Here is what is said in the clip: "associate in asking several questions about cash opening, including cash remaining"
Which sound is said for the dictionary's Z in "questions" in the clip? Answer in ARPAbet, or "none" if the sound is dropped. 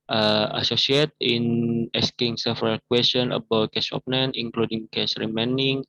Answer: none